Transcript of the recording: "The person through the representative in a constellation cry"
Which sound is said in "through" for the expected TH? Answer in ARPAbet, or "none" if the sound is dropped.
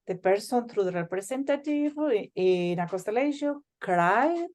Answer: T